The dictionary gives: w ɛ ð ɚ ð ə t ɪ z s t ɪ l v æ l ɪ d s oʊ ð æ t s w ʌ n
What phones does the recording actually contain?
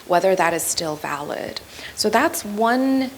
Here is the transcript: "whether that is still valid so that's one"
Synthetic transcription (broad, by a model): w ɛ ð ɚ ð ə t ɪ z s t ɪ l v æ l ɪ d s oʊ ð æ t s w ʌ n